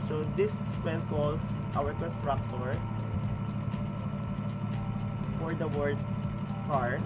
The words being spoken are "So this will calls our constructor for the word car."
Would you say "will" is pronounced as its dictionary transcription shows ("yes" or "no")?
no